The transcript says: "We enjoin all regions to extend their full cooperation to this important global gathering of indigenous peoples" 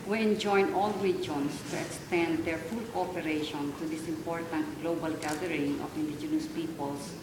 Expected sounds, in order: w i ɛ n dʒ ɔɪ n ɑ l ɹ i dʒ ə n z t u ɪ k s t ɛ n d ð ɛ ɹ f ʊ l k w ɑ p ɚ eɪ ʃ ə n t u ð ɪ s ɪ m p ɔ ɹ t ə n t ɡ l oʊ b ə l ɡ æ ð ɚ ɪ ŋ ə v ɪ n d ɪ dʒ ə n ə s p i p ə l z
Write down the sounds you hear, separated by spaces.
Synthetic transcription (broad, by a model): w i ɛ n dʒ ɔɪ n ɑ l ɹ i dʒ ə n s t u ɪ k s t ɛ n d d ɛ ɹ f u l k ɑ p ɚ eɪ ʃ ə n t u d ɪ s ɪ m p ɔ ɹ t ə n t ɡ l oʊ b ə l ɡ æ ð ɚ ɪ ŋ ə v ɪ n d ɪ dʒ ə n ə s p i p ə l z